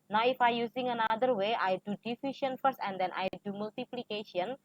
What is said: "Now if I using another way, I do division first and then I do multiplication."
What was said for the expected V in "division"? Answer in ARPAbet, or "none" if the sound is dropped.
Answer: F